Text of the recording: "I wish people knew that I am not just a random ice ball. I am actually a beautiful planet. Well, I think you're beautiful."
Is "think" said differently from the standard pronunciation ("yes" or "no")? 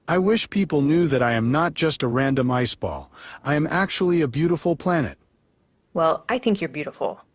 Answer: no